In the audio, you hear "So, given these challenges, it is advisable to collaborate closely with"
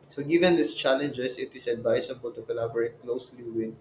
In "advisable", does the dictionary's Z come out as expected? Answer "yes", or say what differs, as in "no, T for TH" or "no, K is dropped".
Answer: no, S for Z